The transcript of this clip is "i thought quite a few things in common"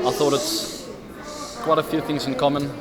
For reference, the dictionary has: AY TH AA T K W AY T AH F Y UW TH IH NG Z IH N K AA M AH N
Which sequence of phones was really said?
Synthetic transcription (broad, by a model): AY TH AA T K W AY T AH F Y UW TH IH NG Z IH N K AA M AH N